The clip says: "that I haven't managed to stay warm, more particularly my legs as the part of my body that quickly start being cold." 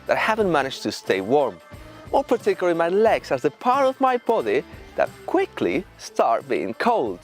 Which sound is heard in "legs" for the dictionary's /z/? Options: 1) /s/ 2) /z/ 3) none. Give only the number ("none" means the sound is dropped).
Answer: 1